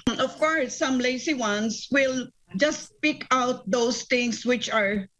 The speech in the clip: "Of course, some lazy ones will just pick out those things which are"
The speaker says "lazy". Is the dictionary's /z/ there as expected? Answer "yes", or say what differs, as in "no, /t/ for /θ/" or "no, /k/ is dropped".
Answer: no, /s/ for /z/